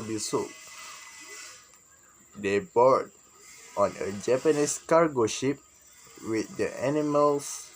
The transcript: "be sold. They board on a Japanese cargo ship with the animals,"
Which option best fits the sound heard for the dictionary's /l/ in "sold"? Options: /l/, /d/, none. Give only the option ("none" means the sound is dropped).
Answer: none